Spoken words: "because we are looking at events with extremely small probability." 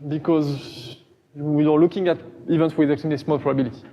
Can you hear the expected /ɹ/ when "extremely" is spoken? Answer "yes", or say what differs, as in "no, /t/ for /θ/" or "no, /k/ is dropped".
no, /ɹ/ is dropped